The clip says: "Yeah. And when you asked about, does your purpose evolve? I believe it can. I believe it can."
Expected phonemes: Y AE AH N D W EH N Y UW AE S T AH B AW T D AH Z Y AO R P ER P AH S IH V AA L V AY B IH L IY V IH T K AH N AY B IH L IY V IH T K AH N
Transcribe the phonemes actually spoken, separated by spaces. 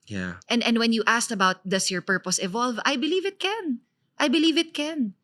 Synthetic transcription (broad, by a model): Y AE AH N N W EH N Y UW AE S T AH B AW T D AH S Y AO R P ER P AH S IH V AA L V AY B IH L IY V IH T K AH N AY B IH L IY V IH T K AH N